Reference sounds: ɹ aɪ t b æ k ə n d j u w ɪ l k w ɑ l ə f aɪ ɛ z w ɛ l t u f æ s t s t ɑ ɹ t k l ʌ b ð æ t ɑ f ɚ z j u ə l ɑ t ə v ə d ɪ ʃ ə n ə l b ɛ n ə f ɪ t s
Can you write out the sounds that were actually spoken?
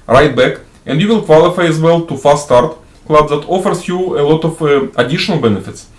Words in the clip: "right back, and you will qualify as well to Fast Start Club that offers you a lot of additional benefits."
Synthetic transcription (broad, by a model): ɹ aɪ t b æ k ə n d j u w ɪ l k w ɑ l ə f aɪ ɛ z w ɛ l t u f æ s s t ɑ ɹ t k l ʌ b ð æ t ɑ f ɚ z j u ə l ɑ t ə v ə d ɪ ʃ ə n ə l b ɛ n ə f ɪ t s